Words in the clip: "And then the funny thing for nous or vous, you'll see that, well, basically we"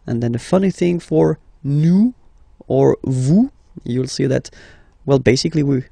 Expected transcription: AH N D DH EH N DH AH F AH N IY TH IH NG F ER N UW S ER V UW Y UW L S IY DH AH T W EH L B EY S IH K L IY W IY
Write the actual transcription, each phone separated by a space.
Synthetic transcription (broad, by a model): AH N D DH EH N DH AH F AH N IY TH IH NG F ER N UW ER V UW Y UW L S IY DH AH T W EH L B EY S IH K L IY W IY